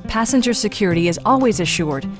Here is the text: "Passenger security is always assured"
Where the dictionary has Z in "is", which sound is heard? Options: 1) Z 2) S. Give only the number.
1